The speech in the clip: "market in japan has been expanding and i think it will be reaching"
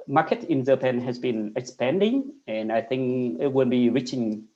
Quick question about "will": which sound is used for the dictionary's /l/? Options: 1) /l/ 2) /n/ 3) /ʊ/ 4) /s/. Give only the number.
2